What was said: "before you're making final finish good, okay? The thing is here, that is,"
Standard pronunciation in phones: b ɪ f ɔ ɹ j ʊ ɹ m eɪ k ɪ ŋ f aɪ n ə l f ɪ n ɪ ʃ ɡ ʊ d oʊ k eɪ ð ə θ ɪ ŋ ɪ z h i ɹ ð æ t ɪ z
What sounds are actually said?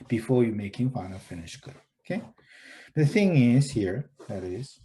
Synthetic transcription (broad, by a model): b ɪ f ɔ ɹ j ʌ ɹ m eɪ k ɪ ŋ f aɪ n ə f ɪ n ɪ ʃ ɡ ʊ d oʊ k eɪ ð ə θ ɪ ŋ ɪ z h i ɹ ð æ t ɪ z